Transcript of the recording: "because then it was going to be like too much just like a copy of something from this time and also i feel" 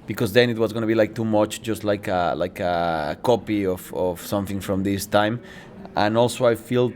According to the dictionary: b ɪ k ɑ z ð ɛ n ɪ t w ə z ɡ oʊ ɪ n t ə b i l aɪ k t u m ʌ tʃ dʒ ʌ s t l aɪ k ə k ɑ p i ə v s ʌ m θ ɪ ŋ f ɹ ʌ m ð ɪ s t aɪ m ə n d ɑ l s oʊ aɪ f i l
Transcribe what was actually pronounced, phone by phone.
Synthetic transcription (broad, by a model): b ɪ k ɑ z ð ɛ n ɪ t w ə z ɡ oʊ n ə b i l aɪ k t u m ʌ tʃ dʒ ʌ s t l aɪ k ə k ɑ p i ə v s ʌ m θ ɪ ŋ f ɹ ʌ m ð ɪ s t aɪ m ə n ɑ l s oʊ aɪ f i l